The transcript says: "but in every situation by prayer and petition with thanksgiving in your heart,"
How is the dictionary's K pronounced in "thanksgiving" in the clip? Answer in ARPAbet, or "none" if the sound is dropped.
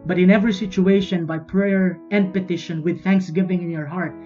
K